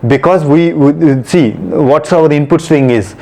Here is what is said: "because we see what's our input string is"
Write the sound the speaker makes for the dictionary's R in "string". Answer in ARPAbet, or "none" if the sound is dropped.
none